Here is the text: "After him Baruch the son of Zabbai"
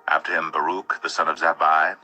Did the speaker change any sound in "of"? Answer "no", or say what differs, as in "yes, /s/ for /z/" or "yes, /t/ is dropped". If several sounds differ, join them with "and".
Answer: no